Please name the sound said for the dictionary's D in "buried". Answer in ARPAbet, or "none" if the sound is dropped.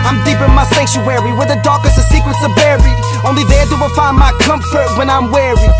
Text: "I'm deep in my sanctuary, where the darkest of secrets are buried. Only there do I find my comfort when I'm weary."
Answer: none